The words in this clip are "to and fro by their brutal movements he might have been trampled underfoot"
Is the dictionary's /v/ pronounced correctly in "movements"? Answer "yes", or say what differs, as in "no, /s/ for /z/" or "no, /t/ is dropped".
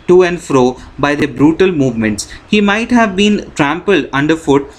yes